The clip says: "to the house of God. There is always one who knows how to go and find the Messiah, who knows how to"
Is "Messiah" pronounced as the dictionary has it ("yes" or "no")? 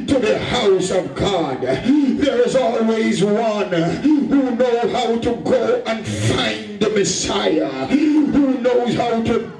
yes